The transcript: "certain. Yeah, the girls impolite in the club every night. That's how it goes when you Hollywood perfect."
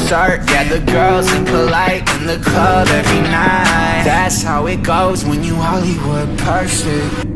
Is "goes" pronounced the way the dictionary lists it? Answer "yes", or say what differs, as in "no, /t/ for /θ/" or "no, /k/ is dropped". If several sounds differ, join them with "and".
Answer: yes